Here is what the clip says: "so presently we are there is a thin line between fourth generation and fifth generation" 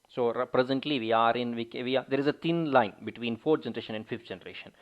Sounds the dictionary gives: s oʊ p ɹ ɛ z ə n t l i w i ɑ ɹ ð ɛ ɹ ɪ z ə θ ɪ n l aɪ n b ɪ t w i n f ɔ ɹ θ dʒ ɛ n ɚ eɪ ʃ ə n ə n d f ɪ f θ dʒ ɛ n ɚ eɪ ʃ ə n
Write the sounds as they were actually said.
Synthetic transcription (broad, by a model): s oʊ p ɹ ɛ z ə n t l i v i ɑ ɹ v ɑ ɹ ɪ z ə t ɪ n l aɪ n b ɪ t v i n f ɔ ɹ dʒ ɛ n ɚ eɪ ʃ ə n ə n d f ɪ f t dʒ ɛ n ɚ eɪ ʃ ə n